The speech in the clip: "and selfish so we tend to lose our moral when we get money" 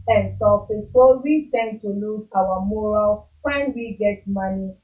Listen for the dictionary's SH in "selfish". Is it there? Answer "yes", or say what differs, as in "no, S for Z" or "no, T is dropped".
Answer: no, S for SH